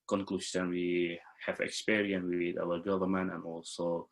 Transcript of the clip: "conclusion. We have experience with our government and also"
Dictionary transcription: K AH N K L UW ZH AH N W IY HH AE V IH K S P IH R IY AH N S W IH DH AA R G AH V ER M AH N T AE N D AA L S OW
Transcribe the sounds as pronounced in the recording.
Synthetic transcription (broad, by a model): K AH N K L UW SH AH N W IY HH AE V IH K S P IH R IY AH N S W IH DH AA W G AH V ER M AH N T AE N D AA L S OW